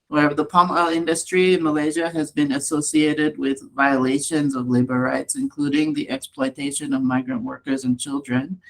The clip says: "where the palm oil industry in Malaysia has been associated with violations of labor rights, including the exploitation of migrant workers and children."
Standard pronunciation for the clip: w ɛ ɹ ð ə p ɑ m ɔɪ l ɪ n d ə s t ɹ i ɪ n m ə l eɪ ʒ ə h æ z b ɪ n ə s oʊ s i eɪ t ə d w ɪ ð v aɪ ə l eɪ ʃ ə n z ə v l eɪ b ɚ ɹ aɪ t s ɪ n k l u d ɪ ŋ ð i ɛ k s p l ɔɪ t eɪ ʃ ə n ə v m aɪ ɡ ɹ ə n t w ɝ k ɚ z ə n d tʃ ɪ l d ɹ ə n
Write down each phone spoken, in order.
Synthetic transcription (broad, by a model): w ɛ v ð ə p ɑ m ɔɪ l ɪ n d ə s t ɹ i ɪ n m ə l eɪ ʒ ə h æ z b ɪ n ə s oʊ s i eɪ t ə d w ɪ ð v aɪ ə l eɪ ʃ ə n z ə v l eɪ b ɚ ɹ aɪ t s ɪ n k l u d ɪ ŋ ð i ɛ k s p l ɔɪ t eɪ ʃ ə n ə v m aɪ ɡ ɹ ə n t w ɝ k ɚ z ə n tʃ ɪ l d ɹ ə n